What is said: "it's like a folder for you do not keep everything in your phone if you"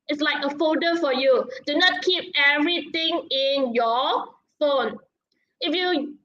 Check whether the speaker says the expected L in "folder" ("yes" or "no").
no